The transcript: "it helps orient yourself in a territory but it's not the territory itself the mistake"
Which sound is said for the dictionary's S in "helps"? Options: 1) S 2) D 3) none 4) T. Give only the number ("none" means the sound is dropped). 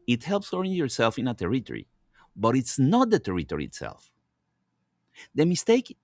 1